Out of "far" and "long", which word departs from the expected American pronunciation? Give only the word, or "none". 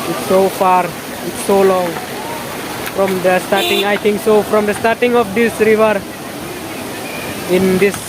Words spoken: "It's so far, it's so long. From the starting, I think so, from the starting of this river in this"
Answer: none